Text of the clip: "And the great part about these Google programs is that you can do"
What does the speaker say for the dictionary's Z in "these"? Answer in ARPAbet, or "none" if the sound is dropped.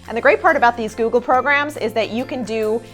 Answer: Z